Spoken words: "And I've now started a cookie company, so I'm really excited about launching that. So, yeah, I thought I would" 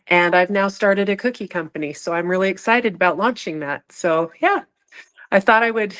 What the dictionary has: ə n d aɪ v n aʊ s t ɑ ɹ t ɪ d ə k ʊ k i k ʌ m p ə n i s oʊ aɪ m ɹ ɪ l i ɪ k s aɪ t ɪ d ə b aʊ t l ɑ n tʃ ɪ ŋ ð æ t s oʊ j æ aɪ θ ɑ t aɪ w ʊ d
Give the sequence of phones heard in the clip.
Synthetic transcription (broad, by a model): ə n aɪ v n aʊ s t ɑ ɹ t ɪ d ə k ʊ k i k ʌ m p ə n i s oʊ aɪ m ɹ ɪ l i ɪ k s aɪ t ɪ d ə b aʊ t l ɑ n tʃ ɪ ŋ ð æ t s oʊ j æ aɪ θ ɑ t aɪ w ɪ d